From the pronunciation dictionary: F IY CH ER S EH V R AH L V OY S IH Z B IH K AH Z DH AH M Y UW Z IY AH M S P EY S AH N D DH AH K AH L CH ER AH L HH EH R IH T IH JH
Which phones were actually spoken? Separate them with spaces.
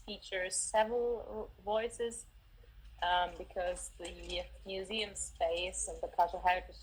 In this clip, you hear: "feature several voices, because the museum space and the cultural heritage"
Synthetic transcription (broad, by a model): F IY CH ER S EH V R AH L V OY S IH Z B IH K AH Z DH AH M Y UW Z IY AH M S P EY S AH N DH AH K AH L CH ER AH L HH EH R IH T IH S